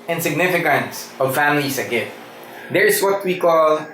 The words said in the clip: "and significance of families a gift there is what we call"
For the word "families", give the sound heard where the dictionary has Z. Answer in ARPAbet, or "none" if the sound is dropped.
S